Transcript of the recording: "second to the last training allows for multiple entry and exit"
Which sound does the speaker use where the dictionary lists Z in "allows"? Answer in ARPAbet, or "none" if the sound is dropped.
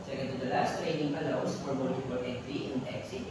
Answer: S